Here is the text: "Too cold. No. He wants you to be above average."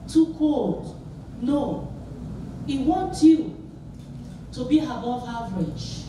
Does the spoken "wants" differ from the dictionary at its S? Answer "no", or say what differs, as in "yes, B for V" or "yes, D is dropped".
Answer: yes, S is dropped